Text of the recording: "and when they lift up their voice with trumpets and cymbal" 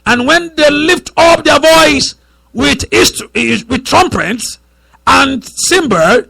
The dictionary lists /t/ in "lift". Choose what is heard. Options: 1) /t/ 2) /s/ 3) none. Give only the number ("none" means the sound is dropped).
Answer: 1